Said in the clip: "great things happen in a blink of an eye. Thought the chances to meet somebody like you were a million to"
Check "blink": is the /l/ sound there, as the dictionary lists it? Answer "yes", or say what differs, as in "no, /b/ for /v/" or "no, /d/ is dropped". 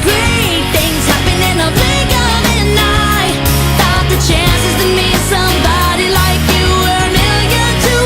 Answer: no, /l/ is dropped